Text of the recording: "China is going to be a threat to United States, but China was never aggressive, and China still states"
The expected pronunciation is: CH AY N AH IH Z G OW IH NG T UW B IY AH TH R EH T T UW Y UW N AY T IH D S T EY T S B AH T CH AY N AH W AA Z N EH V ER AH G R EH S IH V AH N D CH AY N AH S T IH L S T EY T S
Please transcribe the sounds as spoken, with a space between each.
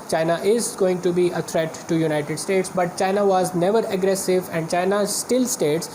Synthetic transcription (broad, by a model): CH AY N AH IH Z G OW IH NG T UW B IY AH T R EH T T UW Y UW N AY T IH D S T EY T S B AH T CH AY N AH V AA Z N EH V ER AH G R EH S IH V AH N D CH AY N AH S T IH L S T EY T S